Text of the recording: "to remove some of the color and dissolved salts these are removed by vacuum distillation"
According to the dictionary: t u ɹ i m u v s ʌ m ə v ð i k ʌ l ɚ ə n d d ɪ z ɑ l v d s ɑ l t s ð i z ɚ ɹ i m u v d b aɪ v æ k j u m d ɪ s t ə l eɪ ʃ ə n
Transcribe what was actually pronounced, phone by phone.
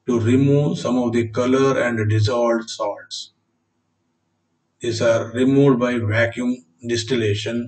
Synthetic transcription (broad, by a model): t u ɹ i m u v s ʌ m ə v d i k ʌ l ɚ ə n d d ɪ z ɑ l d s ɑ l t s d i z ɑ ɹ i m u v d b aɪ v æ k j u m d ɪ s t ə l eɪ ʃ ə n